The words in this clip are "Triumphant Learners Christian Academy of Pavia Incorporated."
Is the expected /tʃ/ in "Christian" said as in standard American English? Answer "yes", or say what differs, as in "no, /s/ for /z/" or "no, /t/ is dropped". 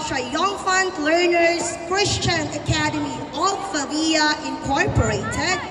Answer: yes